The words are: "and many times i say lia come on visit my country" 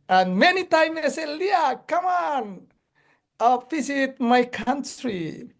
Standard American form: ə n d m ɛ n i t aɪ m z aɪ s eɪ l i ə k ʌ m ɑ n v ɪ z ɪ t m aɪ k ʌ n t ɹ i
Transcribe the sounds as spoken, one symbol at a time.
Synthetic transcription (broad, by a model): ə n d m ɛ n i t aɪ m ɛ s eɪ l i ə k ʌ m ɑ n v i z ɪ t m aɪ k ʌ n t ɹ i